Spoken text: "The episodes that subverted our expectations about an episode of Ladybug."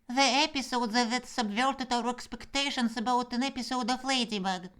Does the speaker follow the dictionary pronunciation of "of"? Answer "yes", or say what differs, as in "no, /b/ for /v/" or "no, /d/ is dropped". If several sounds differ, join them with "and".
no, /f/ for /v/